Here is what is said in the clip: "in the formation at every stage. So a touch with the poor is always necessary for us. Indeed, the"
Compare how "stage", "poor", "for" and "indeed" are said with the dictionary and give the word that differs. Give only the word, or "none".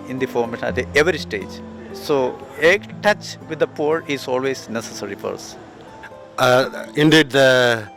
none